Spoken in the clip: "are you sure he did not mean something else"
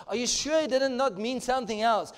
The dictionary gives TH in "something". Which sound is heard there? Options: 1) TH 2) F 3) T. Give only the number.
1